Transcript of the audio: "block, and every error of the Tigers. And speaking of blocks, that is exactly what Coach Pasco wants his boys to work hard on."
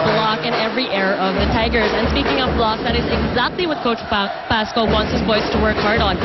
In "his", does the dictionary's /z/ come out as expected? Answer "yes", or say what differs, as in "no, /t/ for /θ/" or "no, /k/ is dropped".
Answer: yes